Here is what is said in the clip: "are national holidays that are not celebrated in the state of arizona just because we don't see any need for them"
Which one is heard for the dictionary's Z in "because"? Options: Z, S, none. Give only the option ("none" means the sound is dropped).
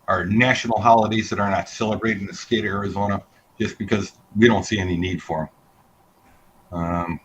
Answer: Z